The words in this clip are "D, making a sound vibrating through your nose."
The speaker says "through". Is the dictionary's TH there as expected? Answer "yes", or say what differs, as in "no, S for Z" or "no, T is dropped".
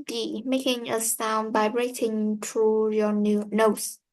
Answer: no, T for TH